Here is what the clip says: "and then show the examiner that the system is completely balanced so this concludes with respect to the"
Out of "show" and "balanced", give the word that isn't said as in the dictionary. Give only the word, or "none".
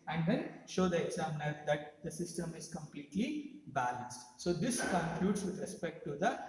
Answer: none